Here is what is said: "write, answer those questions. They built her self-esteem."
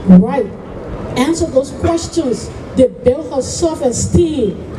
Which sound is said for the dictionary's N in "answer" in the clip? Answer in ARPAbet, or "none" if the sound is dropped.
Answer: N